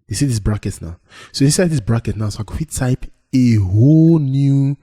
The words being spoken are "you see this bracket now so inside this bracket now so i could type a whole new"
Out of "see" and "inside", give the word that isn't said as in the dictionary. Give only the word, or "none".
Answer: inside